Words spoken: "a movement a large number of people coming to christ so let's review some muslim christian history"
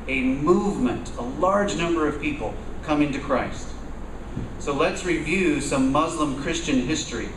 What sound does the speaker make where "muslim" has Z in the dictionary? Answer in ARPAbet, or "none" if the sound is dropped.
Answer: Z